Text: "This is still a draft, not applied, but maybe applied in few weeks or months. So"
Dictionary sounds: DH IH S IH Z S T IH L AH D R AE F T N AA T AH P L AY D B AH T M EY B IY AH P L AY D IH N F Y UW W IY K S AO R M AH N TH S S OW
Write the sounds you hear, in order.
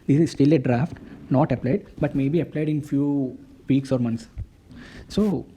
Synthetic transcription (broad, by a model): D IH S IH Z S T IH L AH D R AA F T N AA T AH P L AY D B AH T M EY B IY AH P L AY D IH N F Y UW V IY K S AO R M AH N T S S OW